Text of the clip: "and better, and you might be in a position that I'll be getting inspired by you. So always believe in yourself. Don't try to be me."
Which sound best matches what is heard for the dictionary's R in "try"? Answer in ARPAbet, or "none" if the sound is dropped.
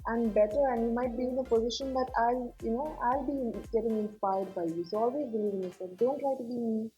L